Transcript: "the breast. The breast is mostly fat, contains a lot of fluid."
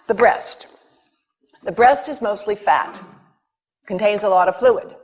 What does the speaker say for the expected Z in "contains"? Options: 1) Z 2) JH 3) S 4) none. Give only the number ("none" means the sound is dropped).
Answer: 1